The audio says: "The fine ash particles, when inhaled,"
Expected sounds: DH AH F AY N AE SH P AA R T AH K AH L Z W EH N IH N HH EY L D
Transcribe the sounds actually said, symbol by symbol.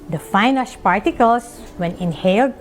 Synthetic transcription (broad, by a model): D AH F AY N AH S P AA R T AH K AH L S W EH N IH N HH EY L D